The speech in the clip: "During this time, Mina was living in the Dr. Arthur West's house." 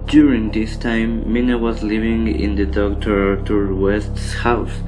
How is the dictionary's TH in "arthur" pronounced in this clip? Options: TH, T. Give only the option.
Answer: T